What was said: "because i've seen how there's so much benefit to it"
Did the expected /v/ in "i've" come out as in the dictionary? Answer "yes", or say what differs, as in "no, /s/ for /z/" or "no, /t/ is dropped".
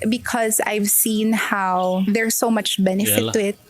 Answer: yes